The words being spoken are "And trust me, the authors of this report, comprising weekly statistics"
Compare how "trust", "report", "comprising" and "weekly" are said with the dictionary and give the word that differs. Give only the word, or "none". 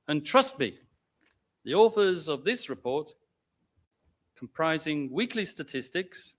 none